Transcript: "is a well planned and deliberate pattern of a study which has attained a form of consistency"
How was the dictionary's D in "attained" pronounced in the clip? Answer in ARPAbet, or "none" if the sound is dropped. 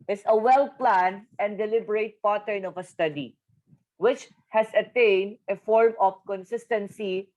D